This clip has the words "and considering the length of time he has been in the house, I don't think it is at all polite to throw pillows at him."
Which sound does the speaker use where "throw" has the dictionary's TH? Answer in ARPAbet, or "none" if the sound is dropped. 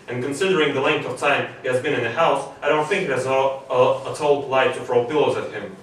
F